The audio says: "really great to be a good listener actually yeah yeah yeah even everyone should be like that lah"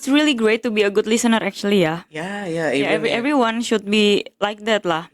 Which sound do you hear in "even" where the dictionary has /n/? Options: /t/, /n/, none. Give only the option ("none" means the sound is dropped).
none